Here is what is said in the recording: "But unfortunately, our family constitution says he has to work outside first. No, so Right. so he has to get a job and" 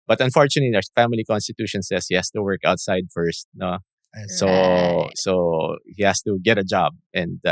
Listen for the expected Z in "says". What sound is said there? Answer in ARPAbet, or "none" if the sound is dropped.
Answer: S